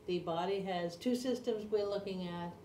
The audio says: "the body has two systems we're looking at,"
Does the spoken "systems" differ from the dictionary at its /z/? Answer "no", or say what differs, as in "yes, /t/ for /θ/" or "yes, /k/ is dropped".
no